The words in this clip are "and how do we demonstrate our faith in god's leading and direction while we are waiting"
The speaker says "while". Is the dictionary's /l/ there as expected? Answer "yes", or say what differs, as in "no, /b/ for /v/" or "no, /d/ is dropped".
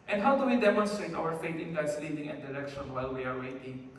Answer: yes